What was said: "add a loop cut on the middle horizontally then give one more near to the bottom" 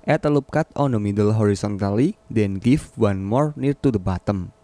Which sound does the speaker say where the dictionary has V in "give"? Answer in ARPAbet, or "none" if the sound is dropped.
F